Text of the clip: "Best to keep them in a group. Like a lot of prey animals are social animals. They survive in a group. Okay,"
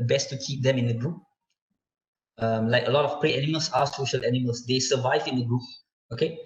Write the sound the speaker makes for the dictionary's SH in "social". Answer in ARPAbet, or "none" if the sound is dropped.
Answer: SH